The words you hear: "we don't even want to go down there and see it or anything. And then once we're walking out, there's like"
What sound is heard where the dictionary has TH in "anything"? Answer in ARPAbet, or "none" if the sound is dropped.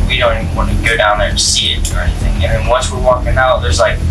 TH